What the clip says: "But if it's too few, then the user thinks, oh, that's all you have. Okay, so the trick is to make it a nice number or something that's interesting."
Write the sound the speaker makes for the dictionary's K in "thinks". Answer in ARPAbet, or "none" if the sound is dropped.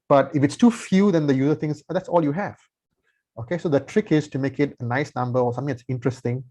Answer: none